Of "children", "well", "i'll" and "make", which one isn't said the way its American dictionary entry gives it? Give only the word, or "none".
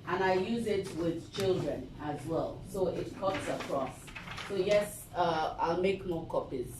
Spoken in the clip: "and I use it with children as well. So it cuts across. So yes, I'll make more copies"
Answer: none